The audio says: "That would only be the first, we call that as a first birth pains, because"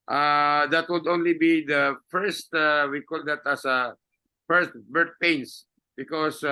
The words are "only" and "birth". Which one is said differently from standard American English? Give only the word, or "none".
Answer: birth